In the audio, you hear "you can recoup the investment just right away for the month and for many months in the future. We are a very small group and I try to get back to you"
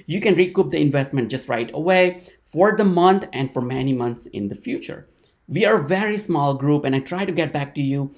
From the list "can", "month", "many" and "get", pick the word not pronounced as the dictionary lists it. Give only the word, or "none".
month